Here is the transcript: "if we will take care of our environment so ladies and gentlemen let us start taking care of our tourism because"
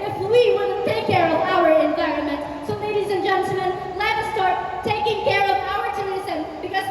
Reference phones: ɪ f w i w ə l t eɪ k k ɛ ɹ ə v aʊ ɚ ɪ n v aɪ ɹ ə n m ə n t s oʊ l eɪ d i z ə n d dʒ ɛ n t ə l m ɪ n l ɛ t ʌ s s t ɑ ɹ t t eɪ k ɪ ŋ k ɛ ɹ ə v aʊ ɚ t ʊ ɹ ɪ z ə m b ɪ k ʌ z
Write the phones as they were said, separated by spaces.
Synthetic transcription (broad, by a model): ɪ f w i w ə n t eɪ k k ɛ ɹ ə v aʊ ɚ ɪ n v aɪ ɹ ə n m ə n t s oʊ l eɪ d i z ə n dʒ ɛ n t l m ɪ n l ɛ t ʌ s s t ɑ ɹ t t eɪ k ɪ ŋ k ɛ ɹ ə v aʊ ɚ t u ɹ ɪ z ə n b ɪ k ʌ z